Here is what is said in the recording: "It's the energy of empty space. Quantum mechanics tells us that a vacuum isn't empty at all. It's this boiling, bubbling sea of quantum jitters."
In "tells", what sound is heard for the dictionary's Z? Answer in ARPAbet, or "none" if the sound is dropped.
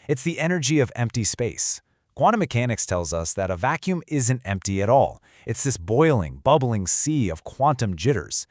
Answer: Z